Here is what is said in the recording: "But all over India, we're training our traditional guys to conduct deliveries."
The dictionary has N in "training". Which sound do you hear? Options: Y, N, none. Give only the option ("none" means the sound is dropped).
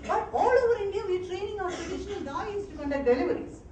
N